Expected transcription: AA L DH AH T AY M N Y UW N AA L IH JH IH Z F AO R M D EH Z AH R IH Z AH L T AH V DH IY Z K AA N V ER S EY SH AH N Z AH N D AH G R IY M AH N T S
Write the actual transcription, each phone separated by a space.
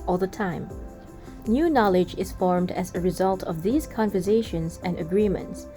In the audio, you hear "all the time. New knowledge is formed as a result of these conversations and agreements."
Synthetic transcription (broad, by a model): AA L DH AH T AY M N Y UW N AA L IH JH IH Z F AO R M D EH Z AH R IH Z AH L T AH V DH IY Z K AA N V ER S EY SH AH N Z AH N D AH G R IY M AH N T S